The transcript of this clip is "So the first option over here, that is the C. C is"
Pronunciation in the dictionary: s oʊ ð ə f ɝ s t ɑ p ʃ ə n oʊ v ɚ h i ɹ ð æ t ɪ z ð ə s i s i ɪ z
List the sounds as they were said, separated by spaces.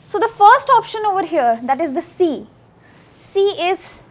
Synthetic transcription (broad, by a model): s oʊ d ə f ɝ s t ɑ p ʃ ə n oʊ v ɚ h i ɹ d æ t ɪ z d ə s i s i ɪ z